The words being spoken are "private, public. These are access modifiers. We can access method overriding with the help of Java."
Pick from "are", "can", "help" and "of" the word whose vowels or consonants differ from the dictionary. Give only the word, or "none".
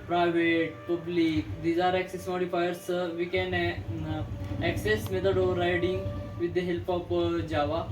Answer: of